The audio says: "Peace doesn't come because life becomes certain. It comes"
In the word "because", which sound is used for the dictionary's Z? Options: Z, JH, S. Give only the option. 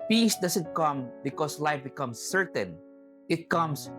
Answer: S